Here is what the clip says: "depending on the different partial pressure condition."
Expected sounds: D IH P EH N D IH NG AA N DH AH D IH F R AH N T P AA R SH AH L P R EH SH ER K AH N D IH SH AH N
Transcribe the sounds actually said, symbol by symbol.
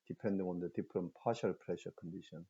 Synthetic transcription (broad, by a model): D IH P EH N D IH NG AA N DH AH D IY P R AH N P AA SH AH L P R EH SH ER K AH N D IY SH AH N